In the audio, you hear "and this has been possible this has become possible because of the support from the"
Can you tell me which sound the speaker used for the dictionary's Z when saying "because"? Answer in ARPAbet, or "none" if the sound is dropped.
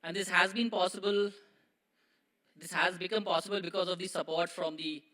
Z